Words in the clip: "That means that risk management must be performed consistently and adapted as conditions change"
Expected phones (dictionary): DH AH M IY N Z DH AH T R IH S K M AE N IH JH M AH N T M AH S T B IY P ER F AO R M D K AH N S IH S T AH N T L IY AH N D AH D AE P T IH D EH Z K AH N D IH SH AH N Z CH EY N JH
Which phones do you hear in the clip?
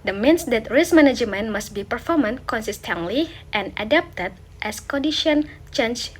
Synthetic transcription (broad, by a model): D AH M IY N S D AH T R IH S M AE N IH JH M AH N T M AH S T B IY P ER F AO R M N K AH N S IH S T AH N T L IY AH N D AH D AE P T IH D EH S K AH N D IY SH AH N CH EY N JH